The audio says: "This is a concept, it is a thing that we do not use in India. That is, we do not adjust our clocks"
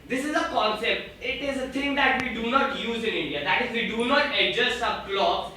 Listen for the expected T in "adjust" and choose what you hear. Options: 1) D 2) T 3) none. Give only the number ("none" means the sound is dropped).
3